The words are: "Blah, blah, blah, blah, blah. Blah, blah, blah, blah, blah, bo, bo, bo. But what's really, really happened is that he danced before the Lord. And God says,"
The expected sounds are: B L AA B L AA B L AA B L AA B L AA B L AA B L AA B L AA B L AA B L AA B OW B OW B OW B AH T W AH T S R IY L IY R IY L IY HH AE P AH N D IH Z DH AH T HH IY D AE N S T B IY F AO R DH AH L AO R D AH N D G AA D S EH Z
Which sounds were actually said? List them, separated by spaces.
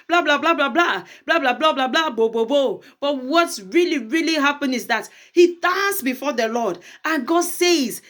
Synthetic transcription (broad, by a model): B L AA B L AA B L AA B L AA B L AA B L AA B L AA B L AA B L AA B L AA B OW B OW B OW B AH T W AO T S R IY L IY R IY L IY HH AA P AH N IH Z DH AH T HH IY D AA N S B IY F AO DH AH L AO D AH N G AA D S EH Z